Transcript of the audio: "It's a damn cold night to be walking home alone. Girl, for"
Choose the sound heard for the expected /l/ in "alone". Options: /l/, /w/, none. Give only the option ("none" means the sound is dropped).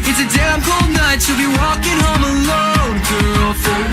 /l/